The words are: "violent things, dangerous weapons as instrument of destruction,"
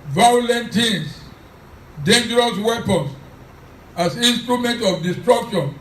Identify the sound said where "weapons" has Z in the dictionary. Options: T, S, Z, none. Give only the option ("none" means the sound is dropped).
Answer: S